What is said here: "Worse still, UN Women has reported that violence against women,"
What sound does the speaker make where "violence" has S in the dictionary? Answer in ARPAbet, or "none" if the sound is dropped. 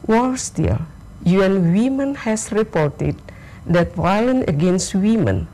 none